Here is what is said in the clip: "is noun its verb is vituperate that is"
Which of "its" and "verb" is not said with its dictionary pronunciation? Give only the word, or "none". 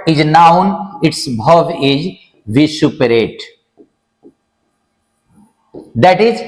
verb